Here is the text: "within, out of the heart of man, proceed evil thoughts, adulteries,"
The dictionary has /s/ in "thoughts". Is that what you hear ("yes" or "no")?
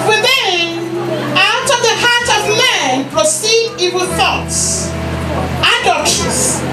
yes